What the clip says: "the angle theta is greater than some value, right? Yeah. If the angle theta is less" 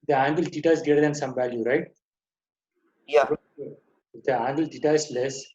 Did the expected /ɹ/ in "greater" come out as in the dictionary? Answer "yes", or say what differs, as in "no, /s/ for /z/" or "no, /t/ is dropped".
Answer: no, /ɹ/ is dropped